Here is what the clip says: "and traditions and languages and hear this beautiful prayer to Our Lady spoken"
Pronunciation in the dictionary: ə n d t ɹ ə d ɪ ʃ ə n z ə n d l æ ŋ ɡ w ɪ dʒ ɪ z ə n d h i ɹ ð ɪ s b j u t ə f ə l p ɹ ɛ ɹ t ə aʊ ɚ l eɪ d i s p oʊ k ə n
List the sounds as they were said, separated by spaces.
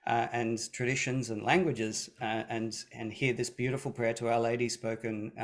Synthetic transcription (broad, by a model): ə n t ɹ ə d ɪ ʃ ə n z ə n l æ ŋ ɡ w ɪ dʒ ɪ z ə n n h i ɹ ð ɪ s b j u t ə f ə l p ɹ ɛ ɹ t ə aʊ ɚ l eɪ d i s p oʊ k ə n